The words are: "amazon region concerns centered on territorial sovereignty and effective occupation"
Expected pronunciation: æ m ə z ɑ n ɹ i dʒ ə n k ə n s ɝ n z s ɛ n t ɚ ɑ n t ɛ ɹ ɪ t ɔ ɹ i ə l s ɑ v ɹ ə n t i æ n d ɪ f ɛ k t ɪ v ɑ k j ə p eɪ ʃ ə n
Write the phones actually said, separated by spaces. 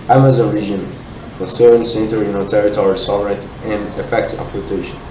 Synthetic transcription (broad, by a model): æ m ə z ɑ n ɹ i dʒ ə n k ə n s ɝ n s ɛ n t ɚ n t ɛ ɹ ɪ t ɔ ɹ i s ɑ v ɹ ə n t i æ n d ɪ f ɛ k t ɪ p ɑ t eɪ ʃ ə n